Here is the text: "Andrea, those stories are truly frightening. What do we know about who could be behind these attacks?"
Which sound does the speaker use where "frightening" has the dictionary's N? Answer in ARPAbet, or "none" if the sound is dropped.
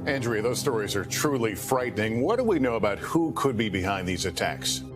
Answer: N